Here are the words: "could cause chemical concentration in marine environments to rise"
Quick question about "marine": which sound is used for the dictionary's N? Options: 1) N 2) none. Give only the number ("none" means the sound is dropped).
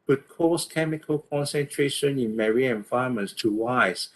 2